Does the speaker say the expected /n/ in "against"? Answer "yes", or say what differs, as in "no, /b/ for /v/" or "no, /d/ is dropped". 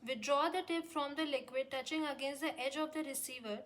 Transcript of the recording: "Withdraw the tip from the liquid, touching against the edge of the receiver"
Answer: yes